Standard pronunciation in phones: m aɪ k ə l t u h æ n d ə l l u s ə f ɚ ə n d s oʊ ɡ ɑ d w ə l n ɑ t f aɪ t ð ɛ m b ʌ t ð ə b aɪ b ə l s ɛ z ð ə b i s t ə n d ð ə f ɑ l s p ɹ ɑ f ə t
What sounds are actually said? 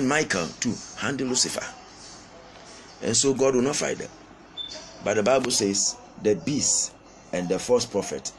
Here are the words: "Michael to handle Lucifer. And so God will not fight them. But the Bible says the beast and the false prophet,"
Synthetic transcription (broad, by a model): m aɪ k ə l t u h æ n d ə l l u s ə f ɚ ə n s oʊ ɡ ɑ d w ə n ɑ t f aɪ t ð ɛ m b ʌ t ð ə b aɪ b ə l s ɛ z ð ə b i s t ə n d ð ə f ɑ s p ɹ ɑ f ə t